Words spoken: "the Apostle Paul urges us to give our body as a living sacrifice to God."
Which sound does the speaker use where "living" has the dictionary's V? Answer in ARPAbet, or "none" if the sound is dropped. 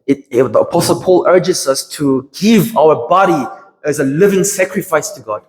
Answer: V